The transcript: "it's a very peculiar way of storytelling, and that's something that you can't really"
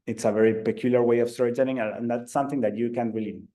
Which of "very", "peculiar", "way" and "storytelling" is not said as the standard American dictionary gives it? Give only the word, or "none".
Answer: storytelling